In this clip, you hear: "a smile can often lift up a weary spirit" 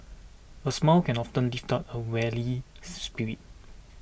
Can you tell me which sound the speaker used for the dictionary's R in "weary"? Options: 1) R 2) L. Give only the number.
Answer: 2